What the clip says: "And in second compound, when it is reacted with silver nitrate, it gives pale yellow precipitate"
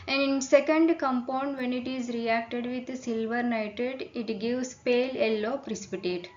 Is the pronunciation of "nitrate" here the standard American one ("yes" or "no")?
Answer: no